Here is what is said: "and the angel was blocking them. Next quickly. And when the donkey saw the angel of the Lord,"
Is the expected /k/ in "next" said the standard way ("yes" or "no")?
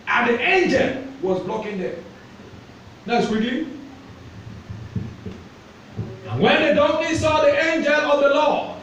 no